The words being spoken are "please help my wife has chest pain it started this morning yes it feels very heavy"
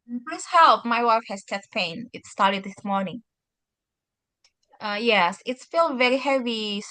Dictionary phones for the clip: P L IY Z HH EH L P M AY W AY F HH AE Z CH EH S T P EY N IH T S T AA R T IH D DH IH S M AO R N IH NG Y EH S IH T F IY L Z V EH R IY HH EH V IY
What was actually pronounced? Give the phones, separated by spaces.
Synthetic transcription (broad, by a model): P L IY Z HH EH L P M AY W AY F HH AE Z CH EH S P EY N IH T S T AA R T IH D DH IH S M AO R N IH NG Y EH S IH T F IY L V EH R IY HH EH V IY